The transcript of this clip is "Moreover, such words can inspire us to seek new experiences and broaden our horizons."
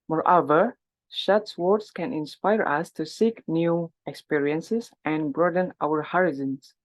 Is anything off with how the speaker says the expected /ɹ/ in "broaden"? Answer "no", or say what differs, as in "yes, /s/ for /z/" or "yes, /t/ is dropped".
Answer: no